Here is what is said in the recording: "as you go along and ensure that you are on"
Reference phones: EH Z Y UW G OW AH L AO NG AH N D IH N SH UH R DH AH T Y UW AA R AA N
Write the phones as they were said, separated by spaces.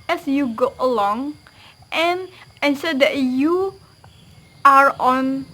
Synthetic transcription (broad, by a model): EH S Y UW G OW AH L AO NG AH N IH N S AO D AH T Y UW AA R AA N